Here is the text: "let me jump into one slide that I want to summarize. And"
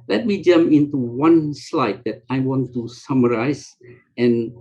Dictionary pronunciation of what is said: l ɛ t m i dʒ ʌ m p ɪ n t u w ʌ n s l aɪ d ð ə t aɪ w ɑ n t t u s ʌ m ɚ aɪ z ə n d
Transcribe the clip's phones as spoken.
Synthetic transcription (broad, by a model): l ɛ t m i dʒ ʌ m ɪ n t u w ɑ n s l aɪ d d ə t aɪ w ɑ n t t u s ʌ m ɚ aɪ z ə n